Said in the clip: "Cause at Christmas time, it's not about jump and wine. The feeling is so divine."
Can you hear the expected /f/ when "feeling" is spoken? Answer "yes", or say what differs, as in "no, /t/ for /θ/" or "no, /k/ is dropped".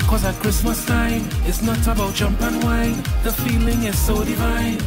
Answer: yes